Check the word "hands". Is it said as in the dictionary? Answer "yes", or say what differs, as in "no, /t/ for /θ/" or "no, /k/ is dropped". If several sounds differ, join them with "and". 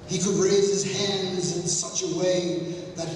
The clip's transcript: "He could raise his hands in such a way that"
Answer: yes